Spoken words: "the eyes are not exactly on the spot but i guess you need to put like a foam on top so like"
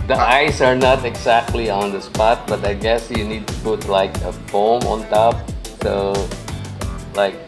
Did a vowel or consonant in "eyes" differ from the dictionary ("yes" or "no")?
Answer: yes